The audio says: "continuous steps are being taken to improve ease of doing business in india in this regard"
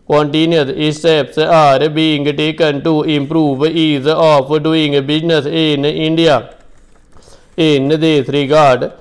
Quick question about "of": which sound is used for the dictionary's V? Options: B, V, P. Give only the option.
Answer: P